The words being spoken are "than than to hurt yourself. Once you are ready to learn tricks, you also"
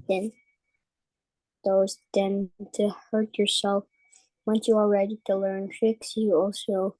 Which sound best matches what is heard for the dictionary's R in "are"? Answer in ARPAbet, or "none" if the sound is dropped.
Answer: L